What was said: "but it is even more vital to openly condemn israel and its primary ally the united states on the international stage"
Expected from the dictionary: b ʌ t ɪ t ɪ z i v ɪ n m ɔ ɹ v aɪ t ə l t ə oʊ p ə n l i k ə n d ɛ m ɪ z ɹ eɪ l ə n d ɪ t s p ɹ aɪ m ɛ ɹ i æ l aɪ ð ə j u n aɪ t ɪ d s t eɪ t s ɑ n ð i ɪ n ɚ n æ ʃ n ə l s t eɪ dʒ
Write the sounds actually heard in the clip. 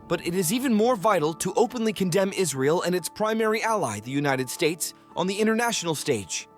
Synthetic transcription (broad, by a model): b ʌ t ɪ t ɪ z i v ɪ n m ɔ ɹ v aɪ t l t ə oʊ p ə n l i k ə n d ɛ m ɪ z ɹ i l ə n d ɪ t s p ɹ aɪ m ɛ ɹ i æ l aɪ ð ə j u n aɪ t ɪ d s t eɪ t s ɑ n ð i ɪ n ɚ n æ ʃ n l s t eɪ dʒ